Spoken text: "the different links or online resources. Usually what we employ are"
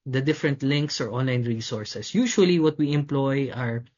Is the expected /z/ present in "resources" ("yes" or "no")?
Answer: no